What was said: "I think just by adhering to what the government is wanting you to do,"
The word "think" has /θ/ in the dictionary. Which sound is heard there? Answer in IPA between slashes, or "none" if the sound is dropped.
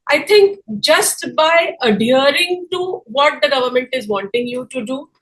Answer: /t/